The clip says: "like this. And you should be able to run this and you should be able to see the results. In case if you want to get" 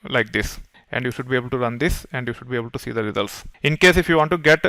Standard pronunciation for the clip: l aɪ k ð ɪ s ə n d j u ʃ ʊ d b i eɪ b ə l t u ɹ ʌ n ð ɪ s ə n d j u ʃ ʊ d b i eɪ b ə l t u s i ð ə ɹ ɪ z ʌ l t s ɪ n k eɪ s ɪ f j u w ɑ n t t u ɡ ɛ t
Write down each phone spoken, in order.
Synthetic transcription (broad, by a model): l aɪ k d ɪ s ə n d j u ʃ ʊ d b i eɪ b ə l t u ɹ ʌ n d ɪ s ə n d j u ʃ ʊ d b i eɪ b ə l t u s i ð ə ɹ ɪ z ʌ l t s ɪ n k eɪ s ɪ f j u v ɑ n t t u ɡ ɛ t